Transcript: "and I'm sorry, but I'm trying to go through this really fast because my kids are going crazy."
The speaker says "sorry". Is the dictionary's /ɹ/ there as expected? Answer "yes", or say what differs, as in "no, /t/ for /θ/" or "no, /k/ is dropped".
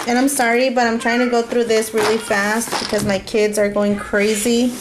yes